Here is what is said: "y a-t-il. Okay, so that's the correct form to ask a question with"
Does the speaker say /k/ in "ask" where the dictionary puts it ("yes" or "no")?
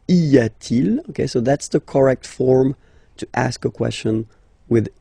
yes